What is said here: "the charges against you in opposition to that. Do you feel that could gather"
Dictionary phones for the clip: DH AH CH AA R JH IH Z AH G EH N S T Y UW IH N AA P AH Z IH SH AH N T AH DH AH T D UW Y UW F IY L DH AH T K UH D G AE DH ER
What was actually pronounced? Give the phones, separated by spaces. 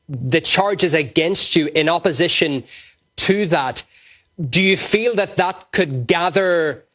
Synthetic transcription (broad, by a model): DH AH CH AA R JH IH Z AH G EH N S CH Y IH N AA P AH Z IH SH AH N T AH DH AH T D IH Y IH F IY L DH AH T K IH D G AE DH ER